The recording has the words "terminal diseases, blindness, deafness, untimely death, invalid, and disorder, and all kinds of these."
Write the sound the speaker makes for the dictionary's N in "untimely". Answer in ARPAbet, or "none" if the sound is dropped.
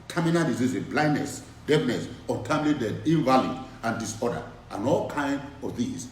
none